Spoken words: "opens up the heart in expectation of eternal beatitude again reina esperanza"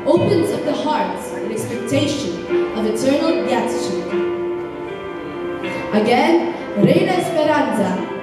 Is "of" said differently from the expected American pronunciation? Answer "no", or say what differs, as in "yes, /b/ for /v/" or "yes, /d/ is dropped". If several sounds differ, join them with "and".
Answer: no